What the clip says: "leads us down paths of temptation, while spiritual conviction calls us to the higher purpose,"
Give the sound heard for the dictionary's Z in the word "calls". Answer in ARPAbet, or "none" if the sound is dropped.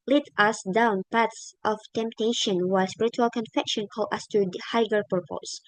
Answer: none